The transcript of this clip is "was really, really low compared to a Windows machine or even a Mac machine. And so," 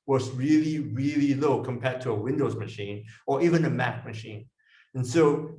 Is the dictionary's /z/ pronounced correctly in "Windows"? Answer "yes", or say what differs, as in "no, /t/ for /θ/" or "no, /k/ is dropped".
yes